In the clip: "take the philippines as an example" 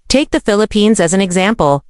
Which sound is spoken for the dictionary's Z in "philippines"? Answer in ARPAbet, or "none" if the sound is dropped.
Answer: Z